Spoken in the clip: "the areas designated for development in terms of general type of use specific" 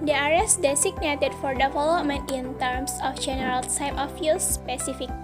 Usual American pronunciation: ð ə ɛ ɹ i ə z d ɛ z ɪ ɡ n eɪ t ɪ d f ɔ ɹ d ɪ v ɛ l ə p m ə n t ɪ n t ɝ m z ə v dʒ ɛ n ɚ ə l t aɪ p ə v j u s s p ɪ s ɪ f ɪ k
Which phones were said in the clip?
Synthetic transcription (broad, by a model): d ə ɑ ɹ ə s d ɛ s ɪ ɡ n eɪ t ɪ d f ɔ ɹ d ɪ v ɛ l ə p m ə n t ɪ n t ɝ m s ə f dʒ ɛ n ɚ ə l s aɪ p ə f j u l s p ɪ s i f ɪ k